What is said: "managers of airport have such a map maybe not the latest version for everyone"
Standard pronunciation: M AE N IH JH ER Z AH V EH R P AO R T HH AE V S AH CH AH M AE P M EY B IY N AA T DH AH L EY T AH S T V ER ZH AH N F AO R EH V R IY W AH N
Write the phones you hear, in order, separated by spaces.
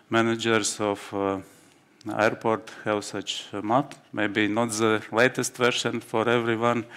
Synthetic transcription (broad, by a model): M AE N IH JH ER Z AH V EH R P AO R T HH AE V S AH CH M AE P M EY B IY N AA T DH AH L EY T AH S T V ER SH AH N F AO R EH V R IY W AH N